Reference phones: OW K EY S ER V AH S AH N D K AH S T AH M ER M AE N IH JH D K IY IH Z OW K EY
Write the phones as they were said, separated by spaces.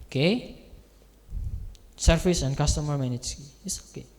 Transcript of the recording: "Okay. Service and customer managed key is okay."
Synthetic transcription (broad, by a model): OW K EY S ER P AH S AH N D K AH S T AH M ER M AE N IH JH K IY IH S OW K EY